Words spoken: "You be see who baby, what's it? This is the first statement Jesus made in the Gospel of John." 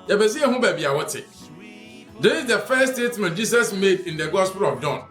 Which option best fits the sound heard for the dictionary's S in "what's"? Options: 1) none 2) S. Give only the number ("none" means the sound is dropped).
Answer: 1